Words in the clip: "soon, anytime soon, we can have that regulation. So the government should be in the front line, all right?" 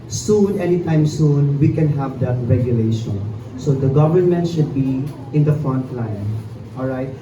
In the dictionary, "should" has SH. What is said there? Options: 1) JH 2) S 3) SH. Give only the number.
3